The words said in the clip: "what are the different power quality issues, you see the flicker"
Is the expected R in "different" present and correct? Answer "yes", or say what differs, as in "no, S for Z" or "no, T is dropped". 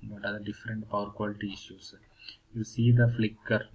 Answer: yes